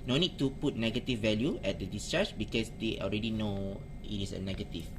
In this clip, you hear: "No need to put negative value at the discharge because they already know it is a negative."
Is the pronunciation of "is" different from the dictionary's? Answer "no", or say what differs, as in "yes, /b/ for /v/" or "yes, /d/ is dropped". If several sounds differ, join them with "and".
yes, /s/ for /z/